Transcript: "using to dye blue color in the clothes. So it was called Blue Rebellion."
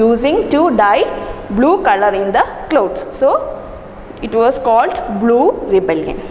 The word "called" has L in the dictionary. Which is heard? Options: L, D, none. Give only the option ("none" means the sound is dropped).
L